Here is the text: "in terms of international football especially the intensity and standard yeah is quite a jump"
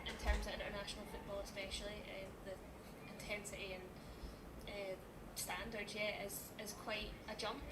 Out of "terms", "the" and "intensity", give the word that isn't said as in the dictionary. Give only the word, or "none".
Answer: none